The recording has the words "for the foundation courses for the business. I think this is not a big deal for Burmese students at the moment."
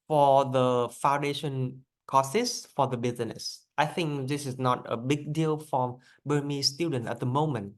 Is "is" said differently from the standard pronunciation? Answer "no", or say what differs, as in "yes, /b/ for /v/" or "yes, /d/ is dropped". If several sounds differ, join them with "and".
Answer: yes, /s/ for /z/